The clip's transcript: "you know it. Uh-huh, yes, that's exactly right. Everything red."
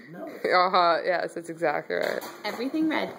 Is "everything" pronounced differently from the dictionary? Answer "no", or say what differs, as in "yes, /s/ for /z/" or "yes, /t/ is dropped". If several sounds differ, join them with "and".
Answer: no